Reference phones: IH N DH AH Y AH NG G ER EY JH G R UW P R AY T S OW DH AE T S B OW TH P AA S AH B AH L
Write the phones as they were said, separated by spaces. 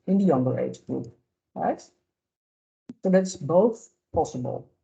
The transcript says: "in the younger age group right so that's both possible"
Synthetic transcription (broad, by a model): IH N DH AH Y AH NG G ER EY JH G R UW P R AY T S OW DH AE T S B OW TH P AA S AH B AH L